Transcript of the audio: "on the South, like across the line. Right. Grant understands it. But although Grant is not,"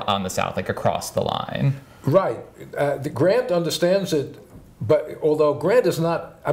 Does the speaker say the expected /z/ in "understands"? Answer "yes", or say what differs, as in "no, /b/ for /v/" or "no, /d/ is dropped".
yes